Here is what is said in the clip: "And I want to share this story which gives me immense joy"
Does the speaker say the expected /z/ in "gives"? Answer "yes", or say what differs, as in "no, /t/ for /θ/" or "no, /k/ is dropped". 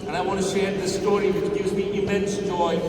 yes